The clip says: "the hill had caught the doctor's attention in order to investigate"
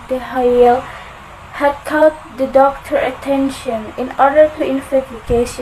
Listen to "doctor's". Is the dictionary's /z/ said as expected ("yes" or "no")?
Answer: no